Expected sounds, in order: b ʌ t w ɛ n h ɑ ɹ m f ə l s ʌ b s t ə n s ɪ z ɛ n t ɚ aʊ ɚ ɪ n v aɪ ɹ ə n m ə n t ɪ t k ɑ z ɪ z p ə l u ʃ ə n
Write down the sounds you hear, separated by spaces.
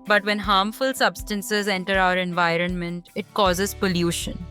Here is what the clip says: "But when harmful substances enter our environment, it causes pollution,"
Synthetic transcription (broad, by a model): b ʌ t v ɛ n h ɑ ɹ m f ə l s ʌ b s t ə n s ɪ z ɛ n t ɚ aʊ ɚ ɪ n v aɪ ɹ ə n m ə n t ɪ t k ɑ z ɪ z p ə l u ʃ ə n